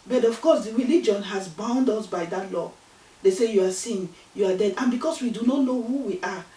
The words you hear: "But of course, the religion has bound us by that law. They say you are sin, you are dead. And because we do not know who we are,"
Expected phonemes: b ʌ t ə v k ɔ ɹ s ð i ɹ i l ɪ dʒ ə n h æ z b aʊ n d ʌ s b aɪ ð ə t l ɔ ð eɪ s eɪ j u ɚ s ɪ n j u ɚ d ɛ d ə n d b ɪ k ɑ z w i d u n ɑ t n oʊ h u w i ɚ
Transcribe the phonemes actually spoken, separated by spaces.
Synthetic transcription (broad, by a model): b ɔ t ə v k ɔ s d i ɹ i l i dʒ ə n h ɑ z b aʊ n d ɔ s b aɪ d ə t l ɔ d eɪ s eɪ j u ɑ s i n j u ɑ d ɛ d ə n b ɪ k ɑ s w i d u n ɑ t n oʊ h u w i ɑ